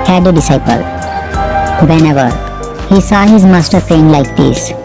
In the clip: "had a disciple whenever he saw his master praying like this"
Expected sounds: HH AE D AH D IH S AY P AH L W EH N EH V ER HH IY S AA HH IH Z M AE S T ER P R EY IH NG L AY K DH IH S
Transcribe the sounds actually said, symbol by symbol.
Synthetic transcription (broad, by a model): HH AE D AH D IH S AY P AH L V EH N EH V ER HH IY S AA HH IH Z M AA S T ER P EY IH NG L AY K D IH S